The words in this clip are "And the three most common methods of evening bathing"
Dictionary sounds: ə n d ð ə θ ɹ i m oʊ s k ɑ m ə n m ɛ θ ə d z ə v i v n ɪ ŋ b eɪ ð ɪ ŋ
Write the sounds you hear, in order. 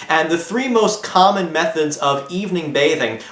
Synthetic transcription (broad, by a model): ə n ð ə θ ɹ i m oʊ s k ɑ m ə n m ɛ θ ə d z ə v i v n ɪ ŋ b eɪ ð ɪ ŋ